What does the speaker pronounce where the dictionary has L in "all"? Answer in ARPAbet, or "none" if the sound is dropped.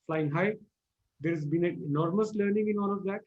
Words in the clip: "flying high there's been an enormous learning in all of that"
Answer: N